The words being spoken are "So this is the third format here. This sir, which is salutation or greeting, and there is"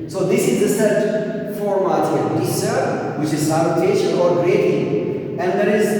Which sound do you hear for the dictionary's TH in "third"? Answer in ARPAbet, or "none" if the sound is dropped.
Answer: S